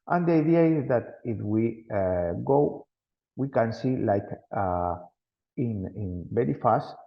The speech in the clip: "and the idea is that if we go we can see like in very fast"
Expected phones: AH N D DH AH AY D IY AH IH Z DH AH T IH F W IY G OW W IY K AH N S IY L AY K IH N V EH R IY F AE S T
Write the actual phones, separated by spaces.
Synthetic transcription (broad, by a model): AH N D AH AY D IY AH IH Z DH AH T IH F W IY G OW W IY K AH N S IY L AY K IH N B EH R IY F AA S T